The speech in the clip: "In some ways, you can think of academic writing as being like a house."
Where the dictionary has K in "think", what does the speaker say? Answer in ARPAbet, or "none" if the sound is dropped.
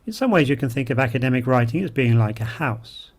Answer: K